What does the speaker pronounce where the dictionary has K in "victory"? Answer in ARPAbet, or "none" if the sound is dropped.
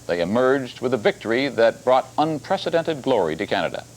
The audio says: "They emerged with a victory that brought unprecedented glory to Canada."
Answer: K